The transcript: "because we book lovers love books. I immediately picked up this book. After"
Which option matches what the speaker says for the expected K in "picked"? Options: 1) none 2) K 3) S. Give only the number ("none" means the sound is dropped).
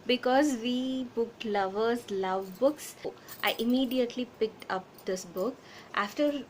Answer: 2